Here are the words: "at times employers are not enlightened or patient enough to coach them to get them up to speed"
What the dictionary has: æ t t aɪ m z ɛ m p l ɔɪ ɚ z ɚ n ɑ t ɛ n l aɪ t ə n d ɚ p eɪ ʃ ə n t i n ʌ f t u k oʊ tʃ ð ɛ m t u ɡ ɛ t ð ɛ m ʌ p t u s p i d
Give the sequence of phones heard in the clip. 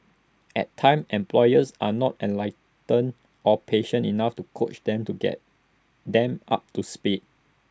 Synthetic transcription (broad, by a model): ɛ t t aɪ m ɛ m p l ɔɪ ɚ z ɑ n ɑ t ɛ n l aɪ t ə n ɔ p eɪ ʃ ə n i n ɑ f t u k oʊ tʃ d ɛ m t u ɡ ɛ t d ɛ m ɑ p t u s p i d